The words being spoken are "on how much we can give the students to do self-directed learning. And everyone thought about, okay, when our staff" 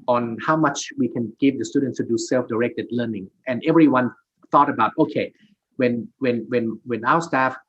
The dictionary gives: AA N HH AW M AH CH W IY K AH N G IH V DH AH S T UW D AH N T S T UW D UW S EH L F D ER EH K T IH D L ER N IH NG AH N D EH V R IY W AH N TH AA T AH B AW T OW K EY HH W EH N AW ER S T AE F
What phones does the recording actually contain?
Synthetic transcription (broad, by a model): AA N HH AW M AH CH W IY K AH N G IH V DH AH S T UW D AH N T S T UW D UW S EH L F D ER EH K T IH D L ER N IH NG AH N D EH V R IY W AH N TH AA T AH B AW T OW K EY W W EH N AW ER S T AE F